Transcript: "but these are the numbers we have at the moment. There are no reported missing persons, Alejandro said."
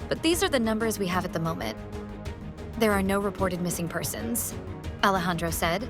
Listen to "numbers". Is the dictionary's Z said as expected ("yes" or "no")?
yes